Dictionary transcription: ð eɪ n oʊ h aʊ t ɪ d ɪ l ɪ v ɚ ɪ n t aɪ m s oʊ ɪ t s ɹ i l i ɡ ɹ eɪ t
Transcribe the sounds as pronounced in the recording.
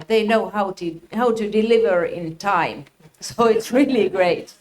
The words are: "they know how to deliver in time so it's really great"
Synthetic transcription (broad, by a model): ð eɪ n oʊ h aʊ t ɪ d ɪ l ɪ v ɚ ɪ n t aɪ m s oʊ ɪ t s ɹ i l i ɡ ɹ eɪ t